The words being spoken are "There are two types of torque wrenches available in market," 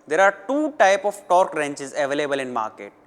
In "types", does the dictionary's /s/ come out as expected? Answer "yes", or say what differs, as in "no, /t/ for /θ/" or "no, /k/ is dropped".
no, /s/ is dropped